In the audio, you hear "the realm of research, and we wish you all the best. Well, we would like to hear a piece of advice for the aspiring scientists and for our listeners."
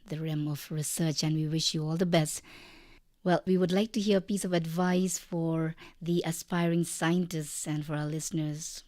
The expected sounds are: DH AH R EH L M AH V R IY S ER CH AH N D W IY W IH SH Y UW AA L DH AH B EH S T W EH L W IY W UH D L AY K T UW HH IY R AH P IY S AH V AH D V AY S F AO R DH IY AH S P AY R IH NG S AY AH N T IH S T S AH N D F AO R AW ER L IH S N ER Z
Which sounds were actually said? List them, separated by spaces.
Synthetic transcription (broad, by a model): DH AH R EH M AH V R IY S ER CH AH N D W IY W IH SH Y UW AA L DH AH B EH S T W EH L W IY W UH D L AY K T UW HH IY R AH P IY S AH V AH D V AY S F AO R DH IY AH S P AY R IH NG S AY AH N T IH S T S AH N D F AO R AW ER L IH S N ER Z